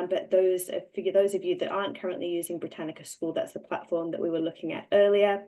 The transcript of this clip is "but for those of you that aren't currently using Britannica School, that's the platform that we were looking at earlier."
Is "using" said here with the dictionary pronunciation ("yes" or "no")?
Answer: yes